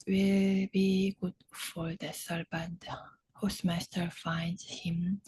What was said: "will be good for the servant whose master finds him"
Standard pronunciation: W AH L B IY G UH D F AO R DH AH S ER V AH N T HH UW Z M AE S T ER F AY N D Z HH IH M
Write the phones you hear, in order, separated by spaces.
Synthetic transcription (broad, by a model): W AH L B IY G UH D F AO R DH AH S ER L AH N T HH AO S M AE S T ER F AY N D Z HH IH M